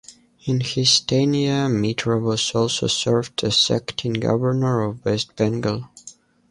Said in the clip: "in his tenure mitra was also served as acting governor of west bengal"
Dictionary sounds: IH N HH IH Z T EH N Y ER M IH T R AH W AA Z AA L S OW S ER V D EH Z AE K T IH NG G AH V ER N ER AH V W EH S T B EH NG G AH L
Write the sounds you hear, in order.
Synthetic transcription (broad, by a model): IH N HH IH S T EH N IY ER M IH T R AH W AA S AA L S OW S ER V D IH S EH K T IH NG G AH V ER N ER AH V W EH S T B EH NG G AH L